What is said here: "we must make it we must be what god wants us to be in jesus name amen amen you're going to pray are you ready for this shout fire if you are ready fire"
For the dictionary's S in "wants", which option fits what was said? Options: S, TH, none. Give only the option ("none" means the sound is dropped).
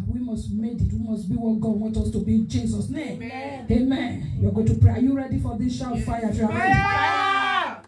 none